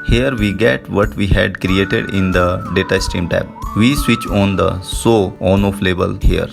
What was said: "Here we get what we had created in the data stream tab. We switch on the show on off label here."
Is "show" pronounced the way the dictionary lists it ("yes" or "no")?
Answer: no